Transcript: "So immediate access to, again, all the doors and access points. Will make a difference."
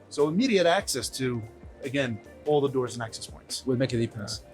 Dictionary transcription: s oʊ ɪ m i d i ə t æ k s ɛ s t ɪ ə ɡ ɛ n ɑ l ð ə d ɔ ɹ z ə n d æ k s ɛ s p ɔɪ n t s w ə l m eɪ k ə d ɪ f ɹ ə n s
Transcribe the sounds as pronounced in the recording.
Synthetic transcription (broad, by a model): s oʊ ɪ m i d i ə t æ k s ɛ s t ɪ ə ɡ ɛ n ɑ l ð ə d ɔ ɹ z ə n æ k s ɛ s p ɔɪ n t s w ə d m eɪ k ə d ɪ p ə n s